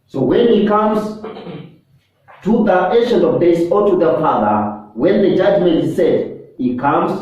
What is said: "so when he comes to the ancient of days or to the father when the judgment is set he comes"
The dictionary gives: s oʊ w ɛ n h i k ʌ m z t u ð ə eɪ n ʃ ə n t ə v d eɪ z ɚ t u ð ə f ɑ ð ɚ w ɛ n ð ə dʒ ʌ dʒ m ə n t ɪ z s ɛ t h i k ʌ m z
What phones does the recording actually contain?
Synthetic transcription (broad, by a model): s oʊ w ɛ n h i k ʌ m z t u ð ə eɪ ʃ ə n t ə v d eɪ s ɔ t u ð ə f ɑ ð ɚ w ɛ n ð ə dʒ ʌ dʒ m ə n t s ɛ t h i k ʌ m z